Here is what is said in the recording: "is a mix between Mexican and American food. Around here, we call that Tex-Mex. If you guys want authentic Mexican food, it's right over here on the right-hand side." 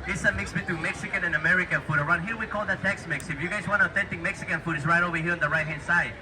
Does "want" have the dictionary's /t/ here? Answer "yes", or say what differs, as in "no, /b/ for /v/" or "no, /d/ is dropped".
no, /t/ is dropped